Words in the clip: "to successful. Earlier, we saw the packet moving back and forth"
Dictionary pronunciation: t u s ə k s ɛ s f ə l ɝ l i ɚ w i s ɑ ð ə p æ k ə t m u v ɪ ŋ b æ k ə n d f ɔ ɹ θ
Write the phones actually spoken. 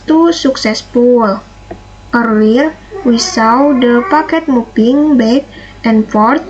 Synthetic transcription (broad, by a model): t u s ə k s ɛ s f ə l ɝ i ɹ w i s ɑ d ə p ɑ k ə t m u p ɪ ŋ b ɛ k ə n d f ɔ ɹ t